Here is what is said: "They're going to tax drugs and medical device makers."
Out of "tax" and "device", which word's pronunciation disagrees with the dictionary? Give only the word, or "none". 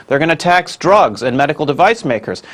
none